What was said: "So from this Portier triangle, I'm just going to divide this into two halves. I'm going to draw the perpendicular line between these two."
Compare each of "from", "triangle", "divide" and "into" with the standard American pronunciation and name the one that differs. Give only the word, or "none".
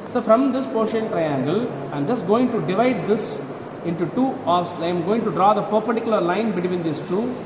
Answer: none